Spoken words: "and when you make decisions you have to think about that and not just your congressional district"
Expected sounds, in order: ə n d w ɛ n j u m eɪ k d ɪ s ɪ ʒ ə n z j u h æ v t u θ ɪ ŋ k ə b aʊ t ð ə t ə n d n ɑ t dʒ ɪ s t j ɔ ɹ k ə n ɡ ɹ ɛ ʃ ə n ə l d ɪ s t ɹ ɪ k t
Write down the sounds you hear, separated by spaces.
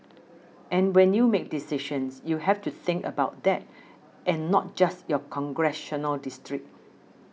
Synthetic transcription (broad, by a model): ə n w ɛ n j u m eɪ k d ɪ s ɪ ʃ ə n s j u h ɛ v t u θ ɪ ŋ k ə b aʊ t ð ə t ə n n ɑ t dʒ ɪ s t j ɔ k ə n ɡ ɹ ɛ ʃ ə n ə l d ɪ s t ɹ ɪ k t